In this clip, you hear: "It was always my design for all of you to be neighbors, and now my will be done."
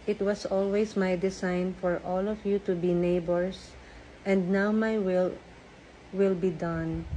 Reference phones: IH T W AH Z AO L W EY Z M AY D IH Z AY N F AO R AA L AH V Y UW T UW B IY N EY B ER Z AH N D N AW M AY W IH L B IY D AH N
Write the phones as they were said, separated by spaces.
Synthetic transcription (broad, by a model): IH T W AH S AO L W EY S M AY D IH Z AY N F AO R AA L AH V Y UW T UW B IY N EY B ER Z AH N D N AW M AY W IH L B IY D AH N